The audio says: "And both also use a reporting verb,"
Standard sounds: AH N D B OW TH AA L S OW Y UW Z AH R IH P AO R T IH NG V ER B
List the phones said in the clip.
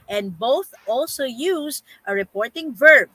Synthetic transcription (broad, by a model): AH N D B OW TH AA L S OW Y UW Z AH R IH P AO R T IH NG V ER B